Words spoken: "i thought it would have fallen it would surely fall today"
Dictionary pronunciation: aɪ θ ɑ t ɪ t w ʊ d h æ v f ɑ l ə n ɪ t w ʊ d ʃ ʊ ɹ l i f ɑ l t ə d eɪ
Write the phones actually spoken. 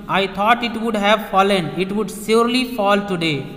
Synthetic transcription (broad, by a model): aɪ t ɑ t ɪ t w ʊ d h æ v f ɑ l ə n ɪ t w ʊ d s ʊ ɹ l i f ɑ l t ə d eɪ